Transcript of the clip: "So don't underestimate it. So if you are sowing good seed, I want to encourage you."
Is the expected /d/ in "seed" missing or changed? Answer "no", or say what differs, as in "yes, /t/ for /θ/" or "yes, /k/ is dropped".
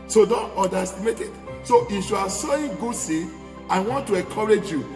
yes, /d/ is dropped